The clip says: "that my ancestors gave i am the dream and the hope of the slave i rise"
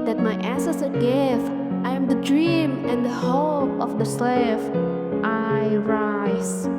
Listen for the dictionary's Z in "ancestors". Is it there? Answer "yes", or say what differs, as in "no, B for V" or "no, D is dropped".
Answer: no, Z is dropped